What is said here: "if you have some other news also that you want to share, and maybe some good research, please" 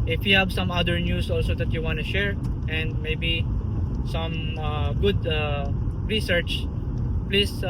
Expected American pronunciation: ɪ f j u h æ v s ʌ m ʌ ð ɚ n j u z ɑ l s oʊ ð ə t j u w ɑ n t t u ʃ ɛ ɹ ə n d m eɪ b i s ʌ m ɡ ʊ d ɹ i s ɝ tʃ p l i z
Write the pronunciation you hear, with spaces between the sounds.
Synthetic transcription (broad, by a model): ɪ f j u h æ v s ʌ m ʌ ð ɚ n j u s ɑ l s oʊ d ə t j u w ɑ n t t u ʃ ɛ ɹ ə n d m eɪ b i s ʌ m ɡ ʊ d ɹ i s ɝ tʃ p l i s